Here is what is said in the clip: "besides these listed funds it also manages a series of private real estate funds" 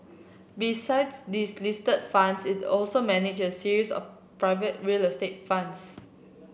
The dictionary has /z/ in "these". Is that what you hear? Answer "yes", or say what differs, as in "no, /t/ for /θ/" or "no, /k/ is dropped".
no, /s/ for /z/